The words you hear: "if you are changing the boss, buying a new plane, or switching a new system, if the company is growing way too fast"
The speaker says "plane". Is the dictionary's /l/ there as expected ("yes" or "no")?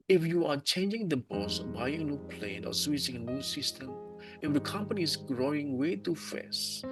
yes